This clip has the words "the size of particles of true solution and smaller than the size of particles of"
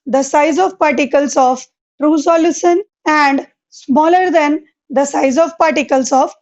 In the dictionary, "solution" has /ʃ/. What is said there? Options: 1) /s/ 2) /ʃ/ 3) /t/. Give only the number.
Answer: 1